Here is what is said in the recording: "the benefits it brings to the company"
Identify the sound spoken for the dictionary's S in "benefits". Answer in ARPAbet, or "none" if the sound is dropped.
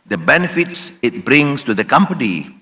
S